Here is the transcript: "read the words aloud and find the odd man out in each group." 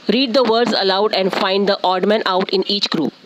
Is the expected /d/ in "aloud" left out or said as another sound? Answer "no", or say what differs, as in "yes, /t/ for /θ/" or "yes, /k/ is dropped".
no